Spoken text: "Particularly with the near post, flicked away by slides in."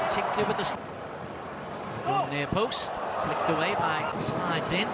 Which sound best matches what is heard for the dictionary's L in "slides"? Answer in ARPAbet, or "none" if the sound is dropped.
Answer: none